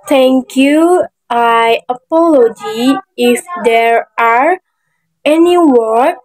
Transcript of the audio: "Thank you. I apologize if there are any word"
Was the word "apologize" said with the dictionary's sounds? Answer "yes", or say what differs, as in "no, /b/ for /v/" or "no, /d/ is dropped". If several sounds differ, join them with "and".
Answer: no, /z/ is dropped